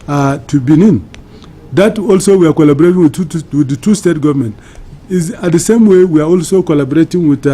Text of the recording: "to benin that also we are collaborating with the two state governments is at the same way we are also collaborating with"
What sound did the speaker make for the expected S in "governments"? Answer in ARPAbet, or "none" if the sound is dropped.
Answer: none